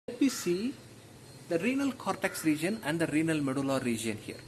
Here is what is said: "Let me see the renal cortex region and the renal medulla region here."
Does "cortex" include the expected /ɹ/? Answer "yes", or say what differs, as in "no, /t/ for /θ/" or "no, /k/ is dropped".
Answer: yes